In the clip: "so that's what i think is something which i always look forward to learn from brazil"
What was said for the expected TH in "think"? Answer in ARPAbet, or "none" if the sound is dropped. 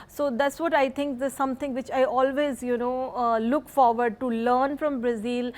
T